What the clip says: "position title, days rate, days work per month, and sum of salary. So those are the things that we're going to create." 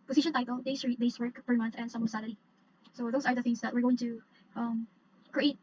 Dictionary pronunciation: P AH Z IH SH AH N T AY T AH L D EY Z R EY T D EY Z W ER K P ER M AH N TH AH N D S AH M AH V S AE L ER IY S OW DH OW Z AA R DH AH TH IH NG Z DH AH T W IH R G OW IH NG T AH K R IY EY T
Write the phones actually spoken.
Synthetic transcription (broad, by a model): P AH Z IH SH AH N T AY T AH L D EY S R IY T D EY S W ER K F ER M AH N TH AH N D S AH M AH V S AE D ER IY S OW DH OW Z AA R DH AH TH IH NG S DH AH T W IH R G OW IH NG T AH K R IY EY T